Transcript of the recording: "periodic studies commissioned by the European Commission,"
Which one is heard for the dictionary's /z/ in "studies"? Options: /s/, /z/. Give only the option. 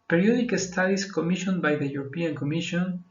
/s/